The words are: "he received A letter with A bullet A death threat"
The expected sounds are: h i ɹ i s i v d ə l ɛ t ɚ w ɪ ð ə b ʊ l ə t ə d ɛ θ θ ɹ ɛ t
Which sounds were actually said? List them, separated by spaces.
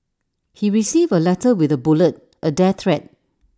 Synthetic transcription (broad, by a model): h i ɹ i s i v ə l ɛ t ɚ w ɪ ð ə b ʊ l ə t ə d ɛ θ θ ɹ ɛ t